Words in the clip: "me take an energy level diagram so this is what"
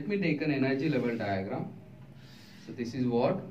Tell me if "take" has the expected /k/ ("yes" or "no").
yes